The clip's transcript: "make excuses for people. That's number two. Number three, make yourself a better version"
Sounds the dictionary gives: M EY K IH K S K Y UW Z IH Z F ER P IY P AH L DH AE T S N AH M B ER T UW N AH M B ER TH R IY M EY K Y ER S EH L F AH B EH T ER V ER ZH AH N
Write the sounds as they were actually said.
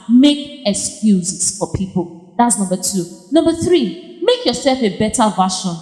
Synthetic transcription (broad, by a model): M EY K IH K S K Y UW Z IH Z F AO P IY P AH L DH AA T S N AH M B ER T UW N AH M B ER TH R IY M EY K Y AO S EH L F AH B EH T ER V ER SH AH N